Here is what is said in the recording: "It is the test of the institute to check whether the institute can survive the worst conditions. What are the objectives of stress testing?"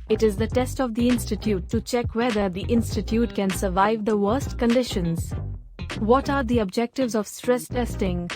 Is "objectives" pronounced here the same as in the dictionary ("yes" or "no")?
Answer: yes